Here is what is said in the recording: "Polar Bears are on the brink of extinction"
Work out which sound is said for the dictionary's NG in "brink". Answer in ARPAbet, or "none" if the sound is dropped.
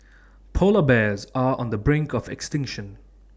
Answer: NG